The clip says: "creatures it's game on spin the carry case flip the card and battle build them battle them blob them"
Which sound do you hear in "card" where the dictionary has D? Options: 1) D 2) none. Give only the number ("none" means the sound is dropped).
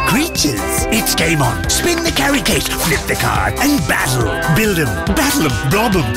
2